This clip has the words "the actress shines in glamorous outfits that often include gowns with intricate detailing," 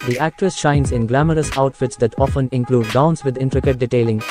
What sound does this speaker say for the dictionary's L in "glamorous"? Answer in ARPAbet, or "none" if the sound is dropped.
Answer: L